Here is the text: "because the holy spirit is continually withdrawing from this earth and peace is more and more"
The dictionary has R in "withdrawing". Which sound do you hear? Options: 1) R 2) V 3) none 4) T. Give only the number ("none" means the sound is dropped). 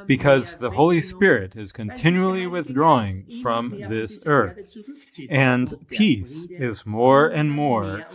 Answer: 1